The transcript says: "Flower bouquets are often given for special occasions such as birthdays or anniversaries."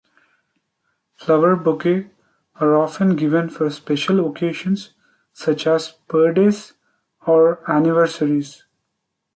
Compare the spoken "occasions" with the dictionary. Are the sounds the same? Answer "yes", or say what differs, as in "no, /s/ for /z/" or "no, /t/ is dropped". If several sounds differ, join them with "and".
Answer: no, /ʃ/ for /ʒ/